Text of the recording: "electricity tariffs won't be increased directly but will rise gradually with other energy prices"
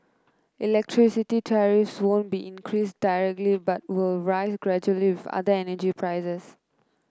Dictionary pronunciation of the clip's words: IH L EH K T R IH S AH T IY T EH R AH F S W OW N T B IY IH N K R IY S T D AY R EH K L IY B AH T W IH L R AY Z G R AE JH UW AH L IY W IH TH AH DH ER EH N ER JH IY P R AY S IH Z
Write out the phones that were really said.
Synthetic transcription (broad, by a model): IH L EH K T R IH S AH T IY T EH R AH F S W OW N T B IY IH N K R IY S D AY R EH K L IY B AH T W IH L R AY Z G R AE JH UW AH L IY W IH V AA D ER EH N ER JH IY P R AY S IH S